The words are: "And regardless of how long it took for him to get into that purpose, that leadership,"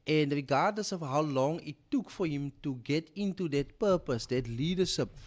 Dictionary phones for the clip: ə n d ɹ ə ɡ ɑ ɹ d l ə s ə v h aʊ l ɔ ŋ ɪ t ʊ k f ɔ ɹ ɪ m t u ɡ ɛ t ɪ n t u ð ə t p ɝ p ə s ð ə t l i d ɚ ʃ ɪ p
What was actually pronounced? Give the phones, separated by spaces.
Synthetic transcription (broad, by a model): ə n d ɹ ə ɡ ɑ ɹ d n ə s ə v h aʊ l ɔ ŋ ɪ t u k f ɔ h ɪ m t u ɡ ɛ t ɪ n t u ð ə t p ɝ p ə s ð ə t l i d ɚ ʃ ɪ p